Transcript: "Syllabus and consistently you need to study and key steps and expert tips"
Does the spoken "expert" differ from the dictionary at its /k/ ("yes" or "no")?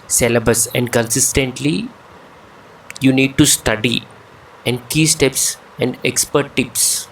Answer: no